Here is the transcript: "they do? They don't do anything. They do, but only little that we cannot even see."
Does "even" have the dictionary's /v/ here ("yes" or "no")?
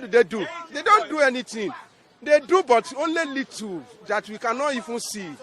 no